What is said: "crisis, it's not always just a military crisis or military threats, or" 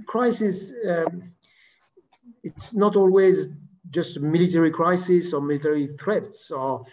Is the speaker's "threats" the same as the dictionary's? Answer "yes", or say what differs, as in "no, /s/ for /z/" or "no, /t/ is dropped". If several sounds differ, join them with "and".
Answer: yes